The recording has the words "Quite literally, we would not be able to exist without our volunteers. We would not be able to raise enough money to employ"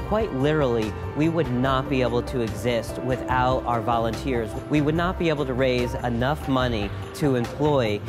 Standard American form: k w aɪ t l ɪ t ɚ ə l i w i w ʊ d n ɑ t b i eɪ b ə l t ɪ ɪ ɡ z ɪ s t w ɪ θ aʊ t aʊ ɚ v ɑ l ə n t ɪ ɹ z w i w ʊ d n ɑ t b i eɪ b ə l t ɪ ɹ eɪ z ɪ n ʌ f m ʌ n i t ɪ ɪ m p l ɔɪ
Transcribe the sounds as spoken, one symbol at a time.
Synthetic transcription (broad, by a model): k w aɪ t l ɪ t ɚ l i w i w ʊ d n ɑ t b i eɪ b l t ɪ ɪ ɡ z ɪ s t w ɪ θ aʊ t aʊ ɚ v ɑ l ə n t ɪ ɹ z w i w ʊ d n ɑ t b i eɪ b l t ɪ ɹ eɪ z ɪ n ʌ f m ʌ n i t ɪ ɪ m p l ɔɪ